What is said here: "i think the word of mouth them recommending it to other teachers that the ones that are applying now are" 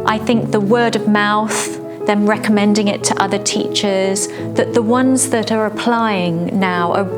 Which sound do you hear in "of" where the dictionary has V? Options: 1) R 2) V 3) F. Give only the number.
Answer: 2